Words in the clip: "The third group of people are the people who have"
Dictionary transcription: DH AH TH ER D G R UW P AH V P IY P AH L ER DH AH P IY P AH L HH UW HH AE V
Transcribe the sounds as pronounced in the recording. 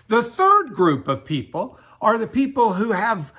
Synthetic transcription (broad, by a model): DH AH TH ER D G R UW P AH V P IY P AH L ER DH AH P IY P L HH UW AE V